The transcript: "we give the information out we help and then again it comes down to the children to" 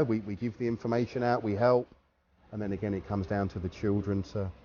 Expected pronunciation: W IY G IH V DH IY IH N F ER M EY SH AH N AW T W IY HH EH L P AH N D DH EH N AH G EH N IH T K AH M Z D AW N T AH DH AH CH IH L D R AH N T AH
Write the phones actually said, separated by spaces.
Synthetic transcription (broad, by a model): W IY G IH V DH IY IH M F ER M EY SH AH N AW T W IY HH EH L P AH N DH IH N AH G EH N IH T K AH M Z D AW N T AH DH AH CH IH L D R AH N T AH